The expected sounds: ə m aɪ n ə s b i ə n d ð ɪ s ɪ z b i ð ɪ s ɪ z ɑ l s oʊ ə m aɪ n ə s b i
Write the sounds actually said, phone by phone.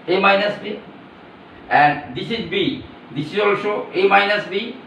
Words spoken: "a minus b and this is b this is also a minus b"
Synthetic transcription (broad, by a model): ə m aɪ n ə s b i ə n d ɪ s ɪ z b i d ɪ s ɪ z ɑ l ʃ oʊ ə m aɪ n ə s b i